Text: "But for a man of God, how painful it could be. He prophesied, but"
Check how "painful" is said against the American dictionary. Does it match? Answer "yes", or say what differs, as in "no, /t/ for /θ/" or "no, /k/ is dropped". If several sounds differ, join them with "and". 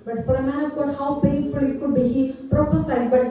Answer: no, /n/ is dropped